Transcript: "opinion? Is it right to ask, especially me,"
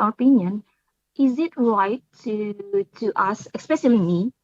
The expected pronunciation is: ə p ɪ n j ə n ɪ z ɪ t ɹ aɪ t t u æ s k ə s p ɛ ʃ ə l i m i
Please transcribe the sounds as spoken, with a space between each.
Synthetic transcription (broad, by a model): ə p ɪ n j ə n ɪ z ɪ t ɹ aɪ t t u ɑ s ə s p ɛ ʃ ə l i m i